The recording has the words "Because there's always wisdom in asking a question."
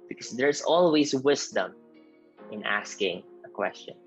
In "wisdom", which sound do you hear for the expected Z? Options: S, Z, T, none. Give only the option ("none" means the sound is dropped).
S